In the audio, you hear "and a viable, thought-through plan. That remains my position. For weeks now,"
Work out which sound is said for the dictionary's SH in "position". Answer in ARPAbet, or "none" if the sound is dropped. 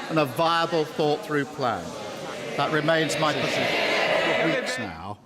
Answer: none